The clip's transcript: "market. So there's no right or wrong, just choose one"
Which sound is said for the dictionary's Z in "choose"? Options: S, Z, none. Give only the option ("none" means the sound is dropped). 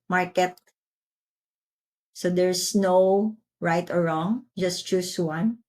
S